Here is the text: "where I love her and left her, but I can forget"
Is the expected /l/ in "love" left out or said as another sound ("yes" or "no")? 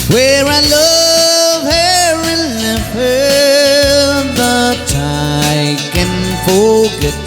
no